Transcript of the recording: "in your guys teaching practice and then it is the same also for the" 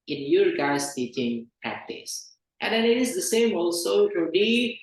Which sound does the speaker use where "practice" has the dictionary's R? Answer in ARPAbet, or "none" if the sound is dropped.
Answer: none